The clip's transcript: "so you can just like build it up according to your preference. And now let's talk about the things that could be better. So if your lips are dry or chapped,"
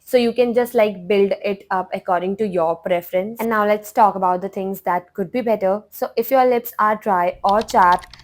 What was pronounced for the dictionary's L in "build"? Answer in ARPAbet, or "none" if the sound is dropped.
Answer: L